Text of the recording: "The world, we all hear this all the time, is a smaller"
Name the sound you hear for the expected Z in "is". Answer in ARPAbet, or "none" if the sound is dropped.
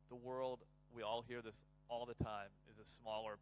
Z